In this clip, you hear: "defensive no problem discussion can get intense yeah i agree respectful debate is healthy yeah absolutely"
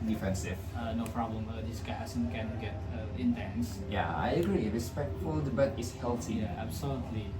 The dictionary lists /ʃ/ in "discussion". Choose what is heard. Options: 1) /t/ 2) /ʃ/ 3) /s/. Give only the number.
3